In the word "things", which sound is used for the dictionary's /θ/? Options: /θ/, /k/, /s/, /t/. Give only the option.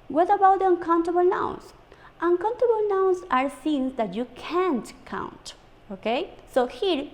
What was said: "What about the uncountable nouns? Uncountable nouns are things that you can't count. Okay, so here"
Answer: /s/